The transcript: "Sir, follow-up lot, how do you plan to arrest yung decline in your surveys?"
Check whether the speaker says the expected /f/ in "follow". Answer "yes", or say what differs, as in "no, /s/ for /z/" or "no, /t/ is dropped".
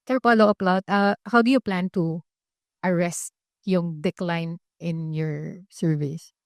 no, /p/ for /f/